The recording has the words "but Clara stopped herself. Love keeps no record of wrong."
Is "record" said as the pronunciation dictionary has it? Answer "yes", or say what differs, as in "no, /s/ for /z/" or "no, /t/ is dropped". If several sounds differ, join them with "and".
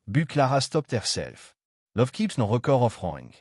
no, /d/ is dropped